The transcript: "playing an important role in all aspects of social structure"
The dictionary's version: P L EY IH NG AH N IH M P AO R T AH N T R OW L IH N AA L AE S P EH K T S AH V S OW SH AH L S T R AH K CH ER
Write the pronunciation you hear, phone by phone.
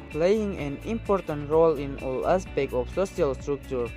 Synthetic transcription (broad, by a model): P L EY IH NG AH N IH M P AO R T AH N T R OW L IH N AA L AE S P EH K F S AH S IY AH L S T R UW K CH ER